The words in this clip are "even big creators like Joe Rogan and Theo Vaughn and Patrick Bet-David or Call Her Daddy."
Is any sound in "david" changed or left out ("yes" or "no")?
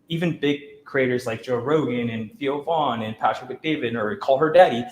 no